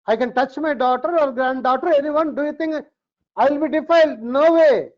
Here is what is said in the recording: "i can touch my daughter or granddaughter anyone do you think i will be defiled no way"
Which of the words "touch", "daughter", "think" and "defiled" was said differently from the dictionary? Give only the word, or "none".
think